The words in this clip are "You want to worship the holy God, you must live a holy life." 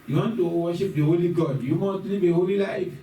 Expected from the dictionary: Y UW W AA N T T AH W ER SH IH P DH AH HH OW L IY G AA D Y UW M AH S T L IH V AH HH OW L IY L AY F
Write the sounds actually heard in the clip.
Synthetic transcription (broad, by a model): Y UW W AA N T T AH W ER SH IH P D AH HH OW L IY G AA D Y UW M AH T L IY B AH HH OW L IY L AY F